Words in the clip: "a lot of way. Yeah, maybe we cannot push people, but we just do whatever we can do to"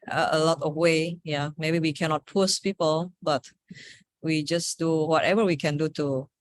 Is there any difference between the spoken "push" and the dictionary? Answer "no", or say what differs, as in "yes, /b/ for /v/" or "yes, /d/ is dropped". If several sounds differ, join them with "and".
yes, /s/ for /ʃ/